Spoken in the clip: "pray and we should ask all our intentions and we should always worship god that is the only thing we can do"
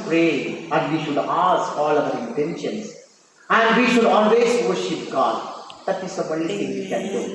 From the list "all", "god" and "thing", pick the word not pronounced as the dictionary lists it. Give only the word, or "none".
thing